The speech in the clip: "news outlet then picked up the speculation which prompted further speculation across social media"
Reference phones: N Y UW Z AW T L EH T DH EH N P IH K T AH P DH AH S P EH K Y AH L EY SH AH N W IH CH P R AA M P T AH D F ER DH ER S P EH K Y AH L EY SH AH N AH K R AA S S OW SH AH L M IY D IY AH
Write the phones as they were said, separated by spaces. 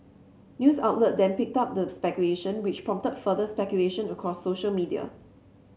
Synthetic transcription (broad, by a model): N Y UW S AW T L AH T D EH N P IH K T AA P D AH S P EH K Y AH L EY SH AH N W IH CH P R AA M T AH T F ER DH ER S P EH K Y AH L EY SH AH N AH K R AA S S OW SH AH L M IY D IY AH